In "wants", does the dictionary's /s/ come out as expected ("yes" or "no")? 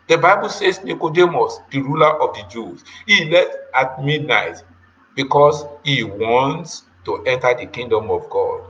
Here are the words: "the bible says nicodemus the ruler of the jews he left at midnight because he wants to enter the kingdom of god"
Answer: yes